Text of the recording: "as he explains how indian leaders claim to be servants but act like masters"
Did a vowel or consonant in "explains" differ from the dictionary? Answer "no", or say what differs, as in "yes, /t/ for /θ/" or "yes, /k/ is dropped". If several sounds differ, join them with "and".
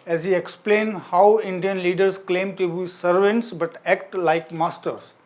yes, /z/ is dropped